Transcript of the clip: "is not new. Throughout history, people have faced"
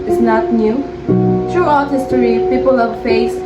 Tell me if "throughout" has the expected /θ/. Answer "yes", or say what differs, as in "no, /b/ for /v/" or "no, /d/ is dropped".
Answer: no, /t/ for /θ/